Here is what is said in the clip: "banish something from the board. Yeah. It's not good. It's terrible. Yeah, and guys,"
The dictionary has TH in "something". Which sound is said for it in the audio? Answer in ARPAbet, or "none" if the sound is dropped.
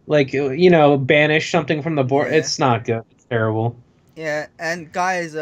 TH